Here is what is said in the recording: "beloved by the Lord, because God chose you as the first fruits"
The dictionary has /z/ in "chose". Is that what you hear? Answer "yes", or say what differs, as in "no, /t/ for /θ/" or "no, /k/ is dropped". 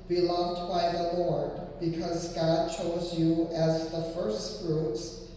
yes